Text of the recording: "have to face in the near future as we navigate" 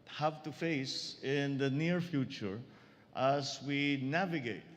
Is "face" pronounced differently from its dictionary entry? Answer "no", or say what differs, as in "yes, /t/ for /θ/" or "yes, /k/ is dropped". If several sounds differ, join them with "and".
no